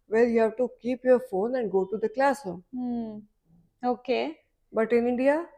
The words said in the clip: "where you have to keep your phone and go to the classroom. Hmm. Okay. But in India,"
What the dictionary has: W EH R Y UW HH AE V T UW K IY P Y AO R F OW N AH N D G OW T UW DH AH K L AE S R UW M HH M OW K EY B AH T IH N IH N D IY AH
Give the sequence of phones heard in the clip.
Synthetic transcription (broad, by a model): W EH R Y UW HH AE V T UW K IY P Y AO R F OW N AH N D G OW T UW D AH K L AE S AO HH OW K EY B AH T IH N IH N D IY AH